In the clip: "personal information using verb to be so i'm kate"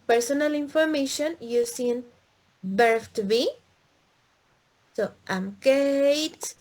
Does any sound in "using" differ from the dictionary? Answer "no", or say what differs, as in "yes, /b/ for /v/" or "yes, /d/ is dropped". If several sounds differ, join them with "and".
yes, /s/ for /z/